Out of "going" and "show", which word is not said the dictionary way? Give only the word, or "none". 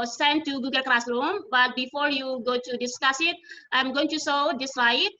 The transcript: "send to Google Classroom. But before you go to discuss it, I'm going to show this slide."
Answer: show